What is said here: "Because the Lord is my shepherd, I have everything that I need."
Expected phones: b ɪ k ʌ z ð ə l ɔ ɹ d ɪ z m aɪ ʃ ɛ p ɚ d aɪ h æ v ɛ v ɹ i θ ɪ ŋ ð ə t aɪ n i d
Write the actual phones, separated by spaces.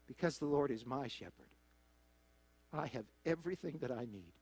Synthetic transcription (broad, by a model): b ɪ k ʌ z ð ə l ɔ ɹ d ɪ z m aɪ ʃ ɛ p ɚ d aɪ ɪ v ɛ v ɹ i θ ɪ ŋ ð ə t aɪ n i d